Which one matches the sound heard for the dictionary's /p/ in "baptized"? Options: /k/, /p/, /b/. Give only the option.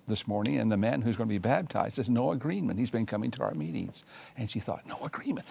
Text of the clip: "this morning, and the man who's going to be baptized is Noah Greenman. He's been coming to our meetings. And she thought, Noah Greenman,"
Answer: /b/